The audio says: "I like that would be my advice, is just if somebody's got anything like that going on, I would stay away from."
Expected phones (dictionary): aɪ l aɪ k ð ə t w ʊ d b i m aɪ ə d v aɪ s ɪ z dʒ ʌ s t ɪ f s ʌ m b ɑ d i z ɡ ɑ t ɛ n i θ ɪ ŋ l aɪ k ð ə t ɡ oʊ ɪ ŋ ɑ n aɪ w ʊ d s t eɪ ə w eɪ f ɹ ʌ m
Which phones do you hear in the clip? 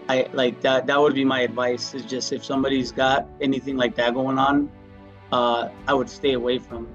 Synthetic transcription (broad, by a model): aɪ l aɪ k ð ə t w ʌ d b i m aɪ ə d v aɪ s ɪ z dʒ ʌ s t ɪ f s ʌ m b ɑ d i z ɡ ɑ t ɛ n i θ ɪ ŋ l aɪ k ð ə t ɡ oʊ ɪ ŋ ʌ n aɪ w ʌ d s t eɪ ə w eɪ f ɹ ʌ m